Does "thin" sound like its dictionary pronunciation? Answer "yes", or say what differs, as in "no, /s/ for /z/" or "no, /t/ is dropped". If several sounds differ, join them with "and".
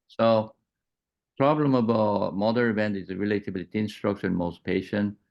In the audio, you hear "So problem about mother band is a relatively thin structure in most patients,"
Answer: no, /t/ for /θ/